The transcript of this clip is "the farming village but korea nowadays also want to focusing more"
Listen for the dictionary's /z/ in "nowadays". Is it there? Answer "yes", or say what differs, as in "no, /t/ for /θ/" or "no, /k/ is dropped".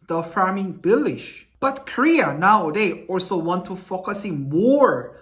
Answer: no, /z/ is dropped